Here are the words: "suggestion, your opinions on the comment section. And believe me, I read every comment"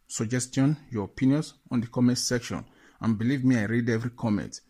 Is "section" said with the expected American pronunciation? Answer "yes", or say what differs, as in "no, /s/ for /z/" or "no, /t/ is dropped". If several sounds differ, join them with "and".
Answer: yes